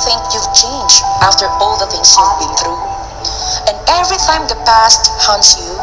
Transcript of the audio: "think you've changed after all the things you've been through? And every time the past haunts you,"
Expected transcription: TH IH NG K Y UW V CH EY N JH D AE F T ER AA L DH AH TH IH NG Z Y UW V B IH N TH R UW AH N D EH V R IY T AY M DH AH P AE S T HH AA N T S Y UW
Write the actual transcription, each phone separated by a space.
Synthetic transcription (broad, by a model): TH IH NG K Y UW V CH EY N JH AE F T ER AA L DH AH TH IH NG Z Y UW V B IH N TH R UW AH N EH V R IY T AY M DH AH P AE S T HH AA N T S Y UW